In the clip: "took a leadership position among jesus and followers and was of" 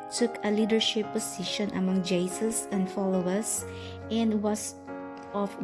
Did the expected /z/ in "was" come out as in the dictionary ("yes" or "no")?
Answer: no